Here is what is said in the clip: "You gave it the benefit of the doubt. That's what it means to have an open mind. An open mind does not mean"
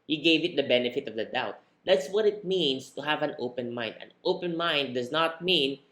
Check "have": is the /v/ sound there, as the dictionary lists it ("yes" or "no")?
yes